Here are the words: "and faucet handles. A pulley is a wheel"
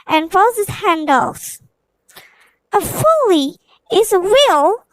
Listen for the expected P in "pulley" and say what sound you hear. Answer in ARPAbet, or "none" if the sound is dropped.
F